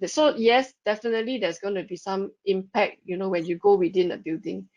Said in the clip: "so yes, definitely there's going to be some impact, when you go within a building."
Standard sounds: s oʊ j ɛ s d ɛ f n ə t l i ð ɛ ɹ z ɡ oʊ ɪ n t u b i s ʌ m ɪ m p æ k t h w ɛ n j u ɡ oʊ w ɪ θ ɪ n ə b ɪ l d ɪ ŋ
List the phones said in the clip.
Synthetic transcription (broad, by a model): s oʊ j ɛ s d ɛ f n ə t l i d ɛ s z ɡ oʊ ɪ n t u b i s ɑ m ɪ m p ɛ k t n w ɛ n j u ɡ oʊ w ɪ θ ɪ n ə b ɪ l d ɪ ŋ